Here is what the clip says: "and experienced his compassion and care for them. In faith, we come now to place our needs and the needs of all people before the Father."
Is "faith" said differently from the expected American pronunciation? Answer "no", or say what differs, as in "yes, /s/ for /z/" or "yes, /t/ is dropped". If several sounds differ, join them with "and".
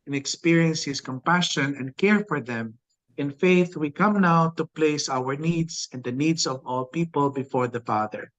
no